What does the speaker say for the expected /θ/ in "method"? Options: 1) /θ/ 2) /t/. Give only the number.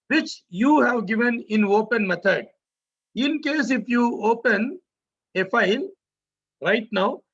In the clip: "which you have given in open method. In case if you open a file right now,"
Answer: 2